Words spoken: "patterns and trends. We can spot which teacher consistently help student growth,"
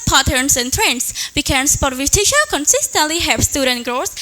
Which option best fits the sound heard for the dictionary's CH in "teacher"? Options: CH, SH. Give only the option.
SH